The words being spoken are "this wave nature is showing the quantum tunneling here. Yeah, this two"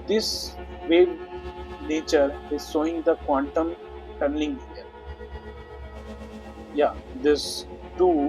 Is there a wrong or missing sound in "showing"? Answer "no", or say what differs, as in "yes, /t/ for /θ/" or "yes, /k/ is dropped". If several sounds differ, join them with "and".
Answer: yes, /s/ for /ʃ/